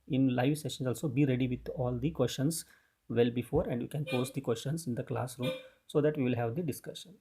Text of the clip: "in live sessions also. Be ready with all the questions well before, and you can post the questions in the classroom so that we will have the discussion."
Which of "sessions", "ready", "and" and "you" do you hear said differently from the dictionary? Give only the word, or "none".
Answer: sessions